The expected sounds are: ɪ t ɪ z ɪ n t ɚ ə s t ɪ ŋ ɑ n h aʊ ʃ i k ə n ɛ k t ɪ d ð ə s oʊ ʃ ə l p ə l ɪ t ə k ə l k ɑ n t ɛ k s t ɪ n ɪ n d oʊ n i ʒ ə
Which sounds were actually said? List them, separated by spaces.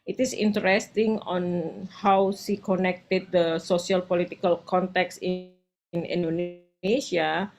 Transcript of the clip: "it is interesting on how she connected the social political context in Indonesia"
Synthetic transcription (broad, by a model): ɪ t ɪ s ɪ n t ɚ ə s t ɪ ŋ ɑ n h aʊ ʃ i k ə n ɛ k t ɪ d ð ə s oʊ s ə l p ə l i t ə k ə l k ɑ n t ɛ k s ɪ n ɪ n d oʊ n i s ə